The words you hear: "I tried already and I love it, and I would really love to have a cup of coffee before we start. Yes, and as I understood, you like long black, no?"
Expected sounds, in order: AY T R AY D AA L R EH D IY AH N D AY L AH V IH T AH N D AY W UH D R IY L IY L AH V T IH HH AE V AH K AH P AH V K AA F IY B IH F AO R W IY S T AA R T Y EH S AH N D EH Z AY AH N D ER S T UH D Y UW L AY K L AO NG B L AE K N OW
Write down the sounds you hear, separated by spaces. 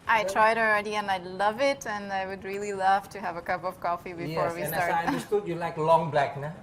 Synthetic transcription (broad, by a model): AY T R AY D AA L R EH D IY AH N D AY L AH V IH T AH N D AY W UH D R IY L IY L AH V T IH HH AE V AH K AH P AH V K AA F IY B IH F AO R W IY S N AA R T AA AH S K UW T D Y UW L AY K L AO NG B L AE K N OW